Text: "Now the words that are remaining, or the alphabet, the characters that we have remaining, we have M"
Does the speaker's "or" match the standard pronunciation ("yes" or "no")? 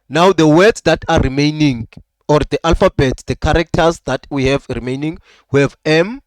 yes